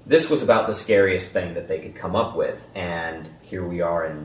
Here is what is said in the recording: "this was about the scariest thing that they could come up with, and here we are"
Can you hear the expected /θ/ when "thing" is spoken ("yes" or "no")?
yes